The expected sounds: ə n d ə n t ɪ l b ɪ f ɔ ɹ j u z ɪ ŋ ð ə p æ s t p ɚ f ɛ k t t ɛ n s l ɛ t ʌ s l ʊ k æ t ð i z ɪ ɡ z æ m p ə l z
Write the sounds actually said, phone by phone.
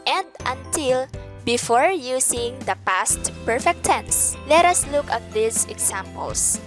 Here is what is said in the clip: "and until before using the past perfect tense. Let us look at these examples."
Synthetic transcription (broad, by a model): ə n d ə n t ɪ l b ɪ f ɔ ɹ j u s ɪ ŋ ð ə p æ s t p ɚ f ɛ k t t ɛ n s l ɛ t ʌ s l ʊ k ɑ t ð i s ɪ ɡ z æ m p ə l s